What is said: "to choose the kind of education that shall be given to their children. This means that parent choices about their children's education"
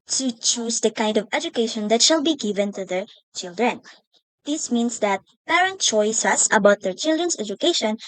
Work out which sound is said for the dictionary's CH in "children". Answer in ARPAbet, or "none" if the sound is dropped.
CH